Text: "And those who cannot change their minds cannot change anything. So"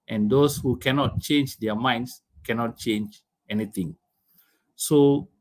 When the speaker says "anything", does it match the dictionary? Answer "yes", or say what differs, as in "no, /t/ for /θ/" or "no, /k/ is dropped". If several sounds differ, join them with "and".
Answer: no, /t/ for /θ/